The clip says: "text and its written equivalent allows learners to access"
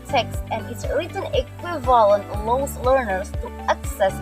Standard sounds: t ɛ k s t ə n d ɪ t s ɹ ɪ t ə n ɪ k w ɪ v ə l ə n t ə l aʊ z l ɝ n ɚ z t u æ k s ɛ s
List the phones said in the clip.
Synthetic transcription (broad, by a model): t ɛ k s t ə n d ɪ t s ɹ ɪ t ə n ɪ k w ɪ v ə l ə n t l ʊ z l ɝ n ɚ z t u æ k s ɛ s